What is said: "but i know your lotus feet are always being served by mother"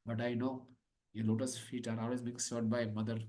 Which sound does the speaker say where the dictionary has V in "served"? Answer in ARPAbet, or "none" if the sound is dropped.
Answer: none